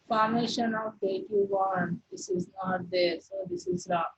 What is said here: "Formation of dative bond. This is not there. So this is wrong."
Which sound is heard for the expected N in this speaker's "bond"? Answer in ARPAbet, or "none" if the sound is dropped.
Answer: none